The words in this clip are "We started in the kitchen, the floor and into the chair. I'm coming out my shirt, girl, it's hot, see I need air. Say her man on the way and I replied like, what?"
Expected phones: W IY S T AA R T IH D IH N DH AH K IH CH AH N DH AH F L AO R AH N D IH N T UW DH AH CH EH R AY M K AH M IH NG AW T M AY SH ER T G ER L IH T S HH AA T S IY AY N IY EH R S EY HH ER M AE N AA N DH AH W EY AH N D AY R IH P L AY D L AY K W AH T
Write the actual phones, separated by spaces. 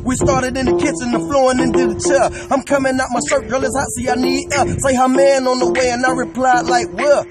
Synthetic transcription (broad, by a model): W IY S T AA R T IH D IH N DH AH K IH S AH N DH AH F L AO R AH N IH N T UW DH AH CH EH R AY M K AH M IH NG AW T M AY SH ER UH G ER L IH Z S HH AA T S IY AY N IY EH S EY HH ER M AE N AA N DH AH W EY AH N AY R IH P L AY D L AY K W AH